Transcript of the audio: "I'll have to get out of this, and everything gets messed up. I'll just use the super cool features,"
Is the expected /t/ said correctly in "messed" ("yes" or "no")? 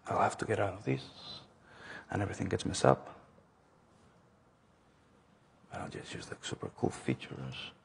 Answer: no